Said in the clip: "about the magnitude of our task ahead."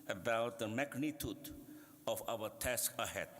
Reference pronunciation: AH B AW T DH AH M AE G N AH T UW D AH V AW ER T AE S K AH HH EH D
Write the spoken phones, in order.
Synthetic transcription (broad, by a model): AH B AW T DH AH M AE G N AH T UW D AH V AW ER T AE S K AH HH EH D